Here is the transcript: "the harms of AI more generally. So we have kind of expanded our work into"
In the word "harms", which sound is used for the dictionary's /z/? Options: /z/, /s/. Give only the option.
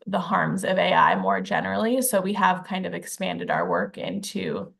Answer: /z/